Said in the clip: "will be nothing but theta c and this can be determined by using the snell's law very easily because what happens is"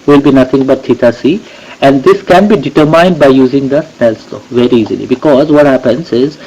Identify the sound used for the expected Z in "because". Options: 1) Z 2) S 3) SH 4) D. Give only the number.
1